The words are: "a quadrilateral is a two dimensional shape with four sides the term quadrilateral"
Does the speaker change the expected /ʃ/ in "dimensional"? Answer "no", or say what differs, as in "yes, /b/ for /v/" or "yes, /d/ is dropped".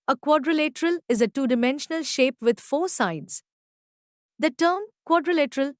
no